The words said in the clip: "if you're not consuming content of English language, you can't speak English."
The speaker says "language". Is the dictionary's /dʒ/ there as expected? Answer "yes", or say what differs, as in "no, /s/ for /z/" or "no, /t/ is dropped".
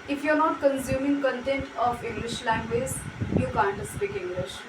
no, /z/ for /dʒ/